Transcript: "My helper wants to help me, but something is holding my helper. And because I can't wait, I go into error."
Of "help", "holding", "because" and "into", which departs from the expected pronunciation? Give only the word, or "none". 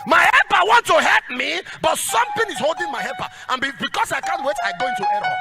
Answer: because